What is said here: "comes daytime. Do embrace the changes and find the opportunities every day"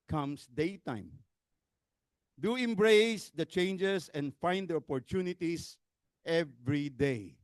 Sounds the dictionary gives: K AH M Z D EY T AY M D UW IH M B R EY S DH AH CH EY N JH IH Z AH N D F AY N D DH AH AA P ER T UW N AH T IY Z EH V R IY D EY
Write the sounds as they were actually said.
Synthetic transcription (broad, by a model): K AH M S D EY T AY M D UW IH M B R EY S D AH CH EY N JH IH S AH N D F AY N D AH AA P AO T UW N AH T IY S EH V R IY D EY